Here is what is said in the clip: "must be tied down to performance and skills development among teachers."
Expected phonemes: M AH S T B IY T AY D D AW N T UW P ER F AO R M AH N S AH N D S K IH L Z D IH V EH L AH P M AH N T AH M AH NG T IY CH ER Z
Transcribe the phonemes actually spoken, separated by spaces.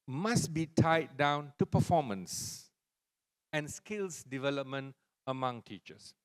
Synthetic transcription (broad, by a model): M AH S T B IY T AY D D AW N T UW P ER F AO M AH N S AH N S K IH L S D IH V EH L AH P M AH N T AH M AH NG T IY CH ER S